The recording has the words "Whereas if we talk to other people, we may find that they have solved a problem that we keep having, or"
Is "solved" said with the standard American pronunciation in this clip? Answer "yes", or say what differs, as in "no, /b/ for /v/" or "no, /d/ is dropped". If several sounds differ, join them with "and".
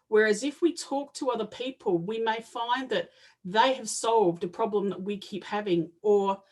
yes